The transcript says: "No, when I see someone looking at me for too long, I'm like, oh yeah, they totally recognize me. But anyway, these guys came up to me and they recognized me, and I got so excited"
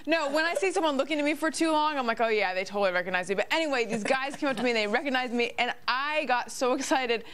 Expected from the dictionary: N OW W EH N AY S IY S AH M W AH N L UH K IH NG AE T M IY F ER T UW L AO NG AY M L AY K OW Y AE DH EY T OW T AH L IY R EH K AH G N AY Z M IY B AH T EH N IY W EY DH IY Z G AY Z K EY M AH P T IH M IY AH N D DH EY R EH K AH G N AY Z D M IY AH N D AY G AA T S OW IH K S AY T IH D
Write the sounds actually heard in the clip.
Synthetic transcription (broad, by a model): N OW W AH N AY S IY S AH M W AH N L UH K IH NG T M IY F ER T UW L AO NG AY M L AY K OW Y AE DH EY T OW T L IY R EH K AH G N AY Z M IY B AH T EH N IY W EY DH IY Z G AY Z K EY M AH T IH M IY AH N DH EY R EH K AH G N AY Z M IY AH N AY G AA T S OW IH K S AY T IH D